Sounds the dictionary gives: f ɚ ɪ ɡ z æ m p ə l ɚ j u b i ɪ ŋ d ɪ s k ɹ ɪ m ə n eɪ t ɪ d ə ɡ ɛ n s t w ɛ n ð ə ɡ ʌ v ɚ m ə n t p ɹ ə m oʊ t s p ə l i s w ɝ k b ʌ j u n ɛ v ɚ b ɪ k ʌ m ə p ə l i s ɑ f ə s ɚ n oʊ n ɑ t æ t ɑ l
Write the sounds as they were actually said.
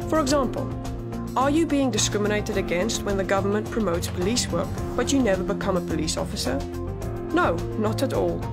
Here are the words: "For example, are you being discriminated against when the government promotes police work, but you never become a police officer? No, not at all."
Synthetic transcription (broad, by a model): f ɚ ɪ ɡ z æ m p ə l ɚ j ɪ b i ɪ ŋ d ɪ s k ɹ ɪ m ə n eɪ t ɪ d ə ɡ ɛ n s t w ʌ n ð ə ɡ ʌ v ɚ m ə n p ɹ ə m oʊ t s p ə l i s w ɝ k b ʌ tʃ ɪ n ɛ v ɚ b ɪ k ʌ m ə p ə l i s ɑ f ə s ɚ n oʊ n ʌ t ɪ t ɑ l